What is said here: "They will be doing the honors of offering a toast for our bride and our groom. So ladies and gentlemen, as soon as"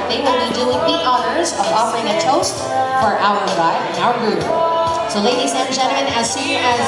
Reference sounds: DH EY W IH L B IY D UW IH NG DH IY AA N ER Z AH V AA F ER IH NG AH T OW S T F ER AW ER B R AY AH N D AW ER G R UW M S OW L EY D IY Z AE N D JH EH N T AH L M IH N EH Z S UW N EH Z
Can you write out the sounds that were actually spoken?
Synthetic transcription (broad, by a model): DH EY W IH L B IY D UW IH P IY AA N ER Z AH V AA F ER IH NG AH T OW S T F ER AW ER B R AY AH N AW ER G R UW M S OW L EY D IY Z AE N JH EH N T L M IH N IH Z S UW IH Z